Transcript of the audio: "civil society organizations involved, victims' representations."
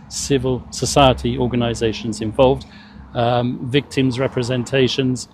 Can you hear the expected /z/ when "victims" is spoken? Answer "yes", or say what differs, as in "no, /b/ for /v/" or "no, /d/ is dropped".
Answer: yes